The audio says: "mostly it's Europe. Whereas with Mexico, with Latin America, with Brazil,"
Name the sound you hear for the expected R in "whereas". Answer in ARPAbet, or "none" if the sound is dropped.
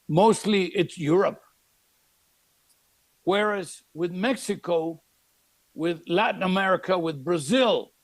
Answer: R